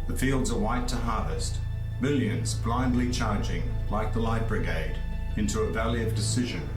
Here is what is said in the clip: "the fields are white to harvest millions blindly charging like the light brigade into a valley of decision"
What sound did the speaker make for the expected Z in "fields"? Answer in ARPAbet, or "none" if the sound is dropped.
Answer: Z